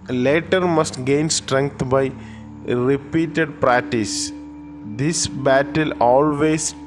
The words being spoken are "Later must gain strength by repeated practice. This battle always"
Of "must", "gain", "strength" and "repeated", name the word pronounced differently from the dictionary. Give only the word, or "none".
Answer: strength